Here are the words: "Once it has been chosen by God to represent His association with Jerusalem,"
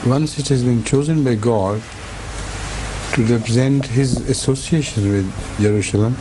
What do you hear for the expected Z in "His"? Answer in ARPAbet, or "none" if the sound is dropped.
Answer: Z